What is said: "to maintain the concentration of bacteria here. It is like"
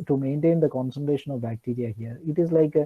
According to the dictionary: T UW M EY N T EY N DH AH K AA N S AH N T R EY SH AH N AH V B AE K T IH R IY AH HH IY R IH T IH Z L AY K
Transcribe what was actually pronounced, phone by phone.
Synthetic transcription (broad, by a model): T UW M EY N T EY N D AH K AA N S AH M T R EY SH AH N AH V B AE K T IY R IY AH HH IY R IH T IH Z L AY K